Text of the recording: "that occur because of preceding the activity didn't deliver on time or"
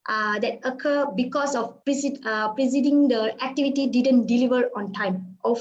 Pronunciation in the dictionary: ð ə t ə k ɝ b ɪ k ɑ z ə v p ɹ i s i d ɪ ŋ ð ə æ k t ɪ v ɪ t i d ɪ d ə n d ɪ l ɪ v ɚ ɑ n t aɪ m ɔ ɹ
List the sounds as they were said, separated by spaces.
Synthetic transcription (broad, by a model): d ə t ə k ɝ b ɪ k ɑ s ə p p ɹ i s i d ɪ ŋ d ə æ k t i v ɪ t i d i d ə n d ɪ l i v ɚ ɑ n t aɪ m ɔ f